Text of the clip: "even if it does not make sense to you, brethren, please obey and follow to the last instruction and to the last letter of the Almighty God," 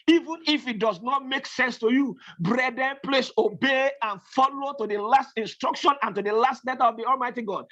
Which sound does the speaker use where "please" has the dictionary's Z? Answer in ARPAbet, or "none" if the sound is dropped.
S